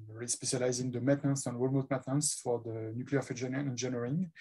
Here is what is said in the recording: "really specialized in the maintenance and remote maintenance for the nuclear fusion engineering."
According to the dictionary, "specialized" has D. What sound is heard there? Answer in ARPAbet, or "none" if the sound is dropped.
none